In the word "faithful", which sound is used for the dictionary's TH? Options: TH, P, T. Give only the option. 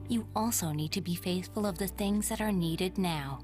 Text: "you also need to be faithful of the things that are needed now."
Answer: TH